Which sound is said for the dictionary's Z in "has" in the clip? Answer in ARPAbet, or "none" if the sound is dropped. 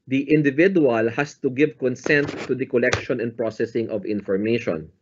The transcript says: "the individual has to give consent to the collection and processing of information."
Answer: S